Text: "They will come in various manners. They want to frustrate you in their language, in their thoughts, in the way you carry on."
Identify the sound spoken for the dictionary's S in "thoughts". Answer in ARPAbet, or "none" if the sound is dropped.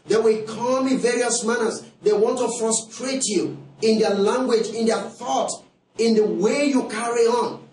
none